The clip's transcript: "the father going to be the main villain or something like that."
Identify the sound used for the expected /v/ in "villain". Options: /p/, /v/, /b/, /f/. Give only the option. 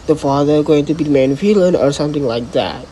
/f/